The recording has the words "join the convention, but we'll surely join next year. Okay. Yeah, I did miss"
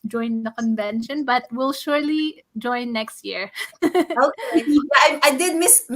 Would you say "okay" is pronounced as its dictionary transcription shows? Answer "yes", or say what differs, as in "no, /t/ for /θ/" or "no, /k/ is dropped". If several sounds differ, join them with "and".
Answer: no, /k/ is dropped